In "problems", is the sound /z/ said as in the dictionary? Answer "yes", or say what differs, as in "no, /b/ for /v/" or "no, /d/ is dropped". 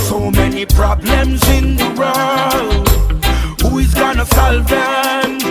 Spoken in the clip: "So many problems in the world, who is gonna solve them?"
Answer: yes